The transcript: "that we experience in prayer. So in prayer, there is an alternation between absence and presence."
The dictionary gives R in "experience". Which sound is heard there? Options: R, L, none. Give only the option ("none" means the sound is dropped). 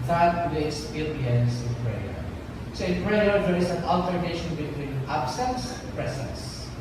none